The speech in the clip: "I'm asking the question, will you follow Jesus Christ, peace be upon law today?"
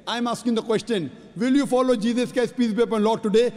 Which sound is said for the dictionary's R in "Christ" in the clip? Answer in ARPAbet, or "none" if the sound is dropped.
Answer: none